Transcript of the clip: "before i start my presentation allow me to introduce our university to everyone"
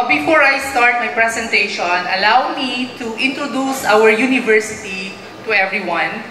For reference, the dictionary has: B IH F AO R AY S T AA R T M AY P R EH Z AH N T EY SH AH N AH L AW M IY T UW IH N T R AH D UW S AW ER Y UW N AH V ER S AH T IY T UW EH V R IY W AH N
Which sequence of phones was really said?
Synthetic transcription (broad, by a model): B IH F AO R AY S T AA R T M AY P R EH S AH N T EY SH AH N AH L AW M IY T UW IH N T R AH D UW S AW ER Y UW N AH V ER S AH T IY T UW EH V R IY W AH N